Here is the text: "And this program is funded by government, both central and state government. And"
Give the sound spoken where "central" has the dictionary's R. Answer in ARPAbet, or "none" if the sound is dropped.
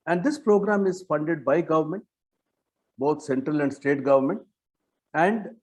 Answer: R